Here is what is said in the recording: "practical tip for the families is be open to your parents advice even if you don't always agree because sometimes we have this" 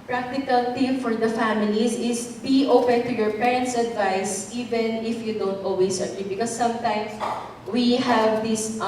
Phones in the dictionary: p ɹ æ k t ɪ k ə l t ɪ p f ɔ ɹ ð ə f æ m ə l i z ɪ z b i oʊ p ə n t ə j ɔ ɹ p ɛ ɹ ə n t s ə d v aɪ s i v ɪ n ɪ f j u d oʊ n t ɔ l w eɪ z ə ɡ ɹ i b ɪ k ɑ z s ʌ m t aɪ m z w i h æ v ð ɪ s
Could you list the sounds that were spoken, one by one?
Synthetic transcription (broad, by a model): p ɹ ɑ k t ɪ k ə l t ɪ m f ɔ ɹ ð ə f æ m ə l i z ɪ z b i oʊ p ə n t ə j ɔ ɹ p ɛ ɹ ə n t s ə d v aɪ s i v ɪ n ɪ f j u d oʊ n t ɔ l w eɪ s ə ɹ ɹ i b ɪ k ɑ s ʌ m t aɪ m s w i h æ v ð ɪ s